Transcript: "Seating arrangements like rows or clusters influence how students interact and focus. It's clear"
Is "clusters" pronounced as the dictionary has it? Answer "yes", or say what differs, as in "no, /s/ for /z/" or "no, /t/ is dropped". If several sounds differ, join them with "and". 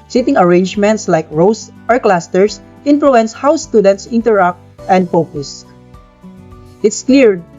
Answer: no, /s/ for /z/